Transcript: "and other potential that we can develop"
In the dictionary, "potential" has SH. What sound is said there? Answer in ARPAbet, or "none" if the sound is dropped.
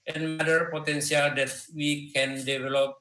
S